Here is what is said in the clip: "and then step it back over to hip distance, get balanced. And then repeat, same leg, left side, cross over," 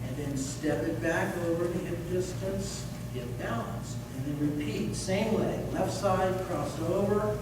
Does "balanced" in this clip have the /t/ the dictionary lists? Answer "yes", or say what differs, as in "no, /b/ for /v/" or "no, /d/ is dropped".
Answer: no, /t/ is dropped